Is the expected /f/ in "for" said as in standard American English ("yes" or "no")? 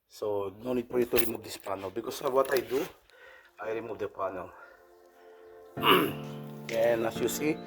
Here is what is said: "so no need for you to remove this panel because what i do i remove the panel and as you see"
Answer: no